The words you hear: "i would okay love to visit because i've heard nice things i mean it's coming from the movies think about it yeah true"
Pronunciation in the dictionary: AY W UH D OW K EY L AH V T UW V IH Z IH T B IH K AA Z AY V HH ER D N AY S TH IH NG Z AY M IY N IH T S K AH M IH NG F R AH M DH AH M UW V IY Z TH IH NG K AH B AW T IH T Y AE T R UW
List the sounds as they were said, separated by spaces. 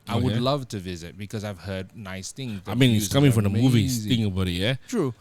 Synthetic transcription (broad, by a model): AY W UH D L AH V T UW V IH Z IH T B IH K AA Z AY V HH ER D N AY S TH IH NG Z AY M IY N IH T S K AH M IH NG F R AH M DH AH M UW V IY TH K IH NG AH B AW T IH T Y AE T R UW